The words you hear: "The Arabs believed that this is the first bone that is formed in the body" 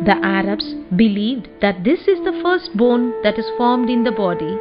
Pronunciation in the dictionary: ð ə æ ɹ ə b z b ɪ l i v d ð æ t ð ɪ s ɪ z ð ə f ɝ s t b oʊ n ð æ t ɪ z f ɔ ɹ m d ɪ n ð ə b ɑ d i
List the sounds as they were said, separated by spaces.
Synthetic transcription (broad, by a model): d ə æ ɹ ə b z b ɪ l i v d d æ t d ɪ s ɪ z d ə f ɝ s t b oʊ n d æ t ɪ z f ɔ ɹ m d ɪ n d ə b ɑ d i